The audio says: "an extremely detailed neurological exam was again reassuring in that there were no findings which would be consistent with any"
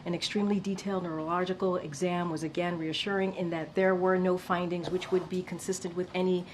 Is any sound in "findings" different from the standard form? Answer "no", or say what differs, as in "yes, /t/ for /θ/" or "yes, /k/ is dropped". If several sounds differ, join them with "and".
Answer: no